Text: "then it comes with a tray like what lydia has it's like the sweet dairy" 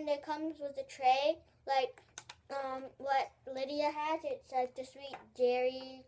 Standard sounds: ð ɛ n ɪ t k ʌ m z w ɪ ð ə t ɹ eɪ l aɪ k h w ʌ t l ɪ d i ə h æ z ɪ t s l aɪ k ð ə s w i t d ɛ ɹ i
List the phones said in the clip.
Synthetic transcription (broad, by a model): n ɪ t k ʌ m z w ɪ ð ə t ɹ eɪ l aɪ k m w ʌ t l ɪ d i ə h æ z ɪ t s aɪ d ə s w i t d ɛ ɹ i